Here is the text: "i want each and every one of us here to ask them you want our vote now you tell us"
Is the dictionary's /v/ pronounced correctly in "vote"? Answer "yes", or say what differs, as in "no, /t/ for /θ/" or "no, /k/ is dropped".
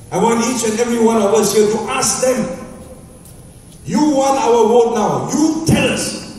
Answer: no, /w/ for /v/